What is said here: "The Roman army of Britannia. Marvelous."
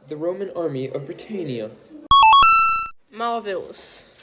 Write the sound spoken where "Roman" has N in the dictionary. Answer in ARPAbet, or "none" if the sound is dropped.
N